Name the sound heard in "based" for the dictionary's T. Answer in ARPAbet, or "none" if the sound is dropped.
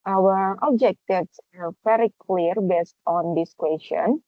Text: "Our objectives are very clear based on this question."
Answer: T